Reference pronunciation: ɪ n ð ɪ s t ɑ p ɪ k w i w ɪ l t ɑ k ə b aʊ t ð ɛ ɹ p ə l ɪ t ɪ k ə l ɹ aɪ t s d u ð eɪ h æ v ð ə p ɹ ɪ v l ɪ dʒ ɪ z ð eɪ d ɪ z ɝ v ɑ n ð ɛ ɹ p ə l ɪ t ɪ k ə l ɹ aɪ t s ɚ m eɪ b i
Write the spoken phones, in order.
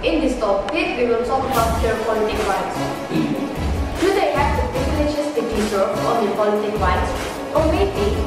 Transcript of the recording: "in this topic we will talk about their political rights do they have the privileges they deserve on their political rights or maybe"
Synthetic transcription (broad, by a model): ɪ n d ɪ s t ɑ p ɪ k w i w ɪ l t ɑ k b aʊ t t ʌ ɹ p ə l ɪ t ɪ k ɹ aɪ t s d u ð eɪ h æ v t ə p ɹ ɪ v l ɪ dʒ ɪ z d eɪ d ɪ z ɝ ɑ n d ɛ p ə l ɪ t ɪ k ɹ aɪ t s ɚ m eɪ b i